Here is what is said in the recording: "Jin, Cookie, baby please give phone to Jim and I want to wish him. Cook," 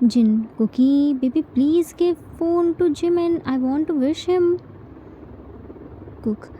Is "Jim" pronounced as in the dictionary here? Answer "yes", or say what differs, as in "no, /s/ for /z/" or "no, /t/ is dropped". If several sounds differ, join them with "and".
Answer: yes